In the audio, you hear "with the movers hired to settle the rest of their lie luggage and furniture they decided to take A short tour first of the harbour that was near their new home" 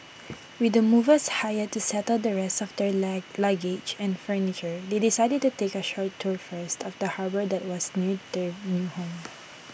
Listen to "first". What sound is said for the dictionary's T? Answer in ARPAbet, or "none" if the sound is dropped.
T